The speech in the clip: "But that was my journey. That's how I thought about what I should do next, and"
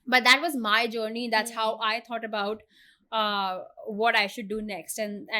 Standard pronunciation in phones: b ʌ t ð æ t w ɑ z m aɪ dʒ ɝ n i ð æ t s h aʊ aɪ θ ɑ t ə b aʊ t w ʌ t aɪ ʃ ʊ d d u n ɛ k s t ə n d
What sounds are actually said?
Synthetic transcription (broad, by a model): b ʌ t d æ t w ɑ z m aɪ dʒ ɝ n i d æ t s h aʊ aɪ t ɑ t ə b aʊ t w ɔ t aɪ ʃ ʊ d d u n ɛ k s t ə n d